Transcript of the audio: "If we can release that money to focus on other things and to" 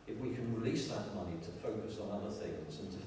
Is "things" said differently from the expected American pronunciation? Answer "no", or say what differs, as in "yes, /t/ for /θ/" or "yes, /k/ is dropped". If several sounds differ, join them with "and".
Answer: no